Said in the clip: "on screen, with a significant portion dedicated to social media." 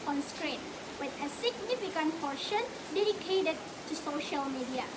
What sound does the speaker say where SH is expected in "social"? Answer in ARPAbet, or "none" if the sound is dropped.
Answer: SH